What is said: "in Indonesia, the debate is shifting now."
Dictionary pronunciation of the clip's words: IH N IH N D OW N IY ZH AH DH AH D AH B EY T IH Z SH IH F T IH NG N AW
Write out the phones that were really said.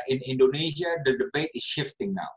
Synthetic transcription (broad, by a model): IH N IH N D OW N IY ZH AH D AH D AH B EY T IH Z SH IH F T IH NG N AW